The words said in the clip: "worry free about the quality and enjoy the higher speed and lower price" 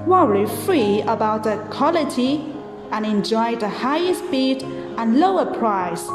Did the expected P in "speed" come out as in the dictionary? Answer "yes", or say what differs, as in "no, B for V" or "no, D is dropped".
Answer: no, B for P